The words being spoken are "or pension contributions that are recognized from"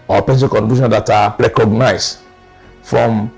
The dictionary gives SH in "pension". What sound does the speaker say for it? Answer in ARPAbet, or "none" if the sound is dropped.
S